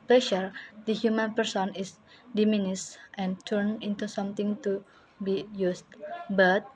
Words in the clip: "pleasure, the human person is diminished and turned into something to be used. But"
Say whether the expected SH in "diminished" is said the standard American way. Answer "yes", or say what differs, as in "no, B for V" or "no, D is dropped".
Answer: no, S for SH